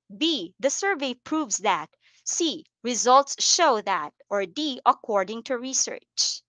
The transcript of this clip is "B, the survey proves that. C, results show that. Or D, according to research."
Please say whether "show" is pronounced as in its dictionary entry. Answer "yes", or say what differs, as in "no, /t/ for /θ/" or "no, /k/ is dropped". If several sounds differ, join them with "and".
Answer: yes